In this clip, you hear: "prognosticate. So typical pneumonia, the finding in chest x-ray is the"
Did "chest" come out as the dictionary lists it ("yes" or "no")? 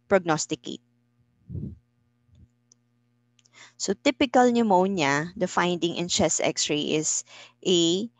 no